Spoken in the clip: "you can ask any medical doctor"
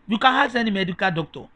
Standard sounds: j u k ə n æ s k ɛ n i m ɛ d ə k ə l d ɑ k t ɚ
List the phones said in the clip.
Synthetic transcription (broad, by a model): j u k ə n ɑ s ɛ n i m ɛ d ə k ə l d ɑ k t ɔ